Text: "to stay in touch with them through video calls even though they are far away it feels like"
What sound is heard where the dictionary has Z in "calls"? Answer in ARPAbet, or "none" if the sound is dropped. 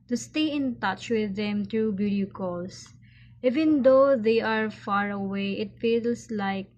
S